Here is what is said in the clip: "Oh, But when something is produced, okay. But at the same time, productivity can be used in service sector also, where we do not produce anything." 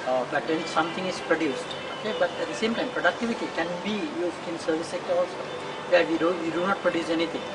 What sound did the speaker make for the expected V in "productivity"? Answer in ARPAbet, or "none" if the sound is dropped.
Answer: V